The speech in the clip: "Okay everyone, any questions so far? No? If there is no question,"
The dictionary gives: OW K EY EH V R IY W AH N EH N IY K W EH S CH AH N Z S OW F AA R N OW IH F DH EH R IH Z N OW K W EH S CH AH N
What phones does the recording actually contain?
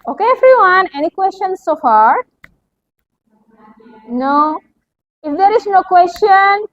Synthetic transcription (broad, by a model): OW K EY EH F R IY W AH N EH N IY K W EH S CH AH N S S OW F AA R N OW IH F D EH R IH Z N OW K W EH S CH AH N